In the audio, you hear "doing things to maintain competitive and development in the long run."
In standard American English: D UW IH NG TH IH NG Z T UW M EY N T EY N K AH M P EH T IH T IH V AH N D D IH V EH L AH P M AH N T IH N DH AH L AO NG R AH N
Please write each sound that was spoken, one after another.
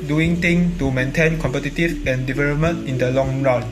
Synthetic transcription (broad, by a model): D UW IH NG T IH NG T UW M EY N T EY N K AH M P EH T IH T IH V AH N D D IH V EH L AH P M AH N T IH N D AH L AO NG R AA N